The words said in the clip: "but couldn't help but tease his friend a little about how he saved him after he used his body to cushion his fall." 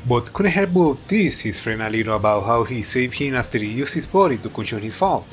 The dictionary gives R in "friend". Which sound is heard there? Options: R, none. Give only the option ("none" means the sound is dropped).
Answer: R